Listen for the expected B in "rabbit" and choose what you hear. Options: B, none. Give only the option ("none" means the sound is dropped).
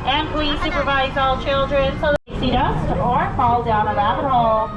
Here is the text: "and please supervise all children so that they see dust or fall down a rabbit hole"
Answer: none